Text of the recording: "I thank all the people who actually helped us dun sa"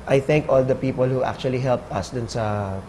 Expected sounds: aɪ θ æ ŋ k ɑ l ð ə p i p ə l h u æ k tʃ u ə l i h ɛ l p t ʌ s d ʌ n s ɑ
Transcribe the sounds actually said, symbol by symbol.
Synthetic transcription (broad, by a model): aɪ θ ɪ ŋ k ɑ l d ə p i p ə l h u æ k tʃ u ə l i h ɛ l p t ʌ s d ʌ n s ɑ